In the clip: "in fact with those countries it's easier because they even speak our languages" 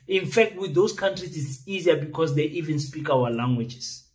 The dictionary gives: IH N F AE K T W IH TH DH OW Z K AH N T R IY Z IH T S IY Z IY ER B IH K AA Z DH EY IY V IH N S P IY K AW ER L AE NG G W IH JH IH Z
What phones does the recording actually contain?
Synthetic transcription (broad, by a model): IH N F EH K T W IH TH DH OW S K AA N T R IY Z IH T S IY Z IY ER B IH K AA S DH EY IY V IH N S P IY K AW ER L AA NG G W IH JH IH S